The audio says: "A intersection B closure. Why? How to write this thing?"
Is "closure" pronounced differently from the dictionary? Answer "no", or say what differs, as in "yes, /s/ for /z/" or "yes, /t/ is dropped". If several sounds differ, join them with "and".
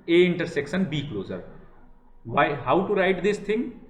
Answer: yes, /z/ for /ʒ/